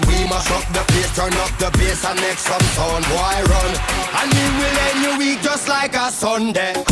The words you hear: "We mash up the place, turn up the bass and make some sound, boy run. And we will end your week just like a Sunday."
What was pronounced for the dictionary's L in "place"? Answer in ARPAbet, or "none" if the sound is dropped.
none